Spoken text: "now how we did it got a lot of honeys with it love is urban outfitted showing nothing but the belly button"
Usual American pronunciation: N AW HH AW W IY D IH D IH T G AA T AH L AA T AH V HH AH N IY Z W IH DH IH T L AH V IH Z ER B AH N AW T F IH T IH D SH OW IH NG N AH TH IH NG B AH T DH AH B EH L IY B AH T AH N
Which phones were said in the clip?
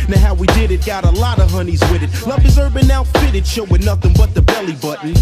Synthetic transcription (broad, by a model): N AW HH AW W IY D IH D IH T G AA T AH L AA T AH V HH AH N IY Z W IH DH IH T L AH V IH Z ER B AH N AW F IH T IH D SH OW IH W N AH TH IH NG B AH T DH AH B EH L IY B AH T N